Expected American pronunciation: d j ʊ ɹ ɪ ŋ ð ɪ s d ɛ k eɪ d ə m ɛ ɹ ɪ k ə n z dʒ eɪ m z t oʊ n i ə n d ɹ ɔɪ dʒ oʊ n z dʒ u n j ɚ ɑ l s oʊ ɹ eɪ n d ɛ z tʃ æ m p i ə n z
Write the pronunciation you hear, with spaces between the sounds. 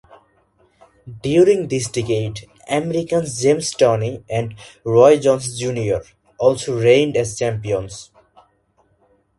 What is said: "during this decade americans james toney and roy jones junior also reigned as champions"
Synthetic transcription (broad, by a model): d j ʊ ɹ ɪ ŋ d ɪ s d ɛ k eɪ d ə m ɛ ɹ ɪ k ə n s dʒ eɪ m s t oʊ n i ə n d ɹ ɔɪ dʒ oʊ n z dʒ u n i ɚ ɑ l s oʊ ɹ eɪ n d ɛ z tʃ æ m p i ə n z